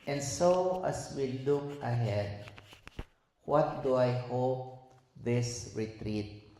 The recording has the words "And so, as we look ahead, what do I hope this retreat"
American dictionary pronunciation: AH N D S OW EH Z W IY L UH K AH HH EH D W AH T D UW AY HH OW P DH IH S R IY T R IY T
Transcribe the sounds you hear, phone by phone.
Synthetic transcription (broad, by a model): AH N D S OW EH S W IY L UH K AH HH EH D W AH T D UW AY HH OW P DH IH S R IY T R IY T